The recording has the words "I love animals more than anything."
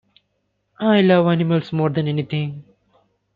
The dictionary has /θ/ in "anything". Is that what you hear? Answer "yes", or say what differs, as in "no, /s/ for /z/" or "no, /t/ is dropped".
no, /t/ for /θ/